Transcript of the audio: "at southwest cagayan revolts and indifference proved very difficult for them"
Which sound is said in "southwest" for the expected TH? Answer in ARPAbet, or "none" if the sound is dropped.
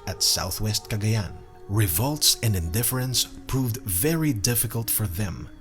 TH